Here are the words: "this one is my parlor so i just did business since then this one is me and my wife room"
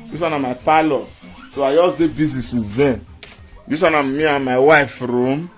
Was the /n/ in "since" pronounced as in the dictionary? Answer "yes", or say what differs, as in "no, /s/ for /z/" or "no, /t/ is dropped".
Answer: no, /n/ is dropped